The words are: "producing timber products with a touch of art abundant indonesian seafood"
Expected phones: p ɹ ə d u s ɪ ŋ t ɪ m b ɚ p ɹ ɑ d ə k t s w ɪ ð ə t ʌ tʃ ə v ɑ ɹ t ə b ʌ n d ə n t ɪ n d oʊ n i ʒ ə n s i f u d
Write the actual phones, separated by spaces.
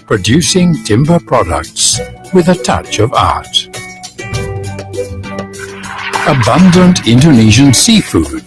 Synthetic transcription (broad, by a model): p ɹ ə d u s ɪ ŋ t ɪ m b ɚ p ɹ ɑ d ə k t s w ɪ ð ə t ʌ tʃ ə v ɑ ɹ t ə b ʌ n d ə n t ɪ n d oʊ n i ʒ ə n s i f u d